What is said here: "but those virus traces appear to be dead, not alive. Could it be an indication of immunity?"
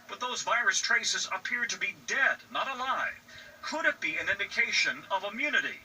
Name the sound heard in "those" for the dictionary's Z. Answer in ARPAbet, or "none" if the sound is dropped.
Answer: Z